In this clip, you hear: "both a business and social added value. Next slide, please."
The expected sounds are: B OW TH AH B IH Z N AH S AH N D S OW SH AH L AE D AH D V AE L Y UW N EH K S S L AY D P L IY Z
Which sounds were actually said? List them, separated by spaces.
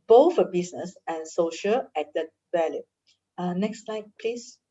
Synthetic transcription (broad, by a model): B OW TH AH B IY S N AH S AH N S OW SH AH L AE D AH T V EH L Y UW N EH K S S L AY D P L IY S